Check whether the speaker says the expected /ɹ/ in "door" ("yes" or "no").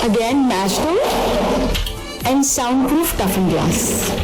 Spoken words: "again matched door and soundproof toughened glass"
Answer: no